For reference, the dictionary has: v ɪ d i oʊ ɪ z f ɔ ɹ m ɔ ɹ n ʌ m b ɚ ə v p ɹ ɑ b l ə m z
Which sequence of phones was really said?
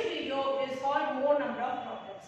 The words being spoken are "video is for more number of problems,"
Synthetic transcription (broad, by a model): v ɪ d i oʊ ɪ z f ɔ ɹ m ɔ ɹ n ʌ m b ɚ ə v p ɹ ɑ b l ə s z